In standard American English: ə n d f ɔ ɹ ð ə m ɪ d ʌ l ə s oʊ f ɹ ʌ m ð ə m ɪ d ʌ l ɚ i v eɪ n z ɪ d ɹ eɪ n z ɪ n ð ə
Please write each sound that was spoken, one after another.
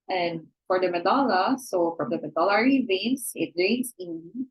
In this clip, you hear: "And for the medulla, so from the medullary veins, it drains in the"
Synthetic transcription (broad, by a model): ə n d f ɔ ɹ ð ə m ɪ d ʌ l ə s oʊ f ɹ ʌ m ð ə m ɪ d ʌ l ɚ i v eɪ n s ɪ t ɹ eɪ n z ɪ n